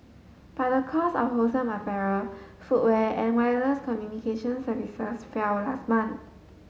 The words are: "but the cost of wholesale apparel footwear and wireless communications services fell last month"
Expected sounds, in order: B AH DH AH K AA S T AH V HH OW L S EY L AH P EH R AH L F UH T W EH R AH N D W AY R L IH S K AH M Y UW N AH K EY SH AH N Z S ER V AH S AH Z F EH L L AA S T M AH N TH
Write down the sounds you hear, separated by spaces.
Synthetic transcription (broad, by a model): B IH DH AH K AA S AH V HH OW S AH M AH F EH R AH F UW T W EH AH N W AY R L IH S K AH M Y UW N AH K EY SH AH N S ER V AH S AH S F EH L L AA S T M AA N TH